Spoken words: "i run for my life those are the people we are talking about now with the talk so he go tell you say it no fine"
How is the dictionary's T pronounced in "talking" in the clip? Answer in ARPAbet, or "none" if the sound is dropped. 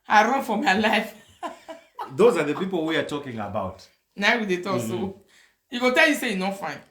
T